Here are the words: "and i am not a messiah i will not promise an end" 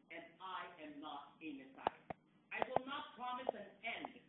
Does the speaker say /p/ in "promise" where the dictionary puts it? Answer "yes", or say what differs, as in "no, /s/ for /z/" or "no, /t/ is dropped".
yes